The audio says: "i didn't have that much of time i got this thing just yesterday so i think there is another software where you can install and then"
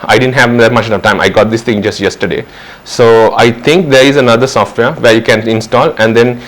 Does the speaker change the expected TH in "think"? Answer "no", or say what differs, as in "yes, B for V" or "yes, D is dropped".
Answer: yes, T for TH